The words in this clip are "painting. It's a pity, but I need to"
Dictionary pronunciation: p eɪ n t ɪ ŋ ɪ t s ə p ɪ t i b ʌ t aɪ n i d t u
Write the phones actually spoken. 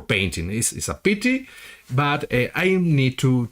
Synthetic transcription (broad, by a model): p eɪ n t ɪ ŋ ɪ s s ə p ɪ t i b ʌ t aɪ n i d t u